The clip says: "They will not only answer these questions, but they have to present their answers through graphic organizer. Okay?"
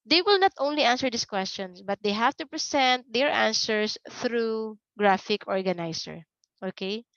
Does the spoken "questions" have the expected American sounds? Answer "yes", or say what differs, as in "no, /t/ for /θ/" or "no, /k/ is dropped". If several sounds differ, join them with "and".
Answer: no, /s/ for /z/